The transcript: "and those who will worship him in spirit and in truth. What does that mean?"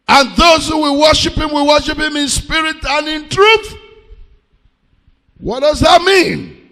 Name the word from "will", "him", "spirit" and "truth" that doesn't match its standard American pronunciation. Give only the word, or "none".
will